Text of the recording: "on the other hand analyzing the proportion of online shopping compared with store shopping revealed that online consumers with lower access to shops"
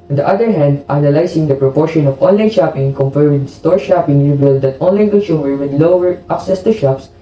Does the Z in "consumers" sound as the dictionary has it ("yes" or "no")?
no